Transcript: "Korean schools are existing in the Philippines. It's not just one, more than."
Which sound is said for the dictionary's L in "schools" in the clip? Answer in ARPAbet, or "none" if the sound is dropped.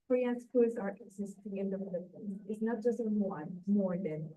none